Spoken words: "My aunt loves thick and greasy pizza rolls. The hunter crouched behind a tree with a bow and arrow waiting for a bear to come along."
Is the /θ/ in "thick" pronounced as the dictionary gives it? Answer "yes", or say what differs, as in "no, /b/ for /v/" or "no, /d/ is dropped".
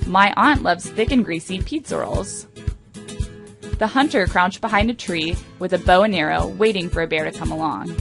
yes